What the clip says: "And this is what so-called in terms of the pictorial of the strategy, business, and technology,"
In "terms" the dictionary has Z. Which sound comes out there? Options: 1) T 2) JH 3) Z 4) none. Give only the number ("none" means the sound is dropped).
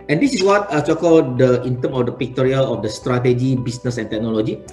4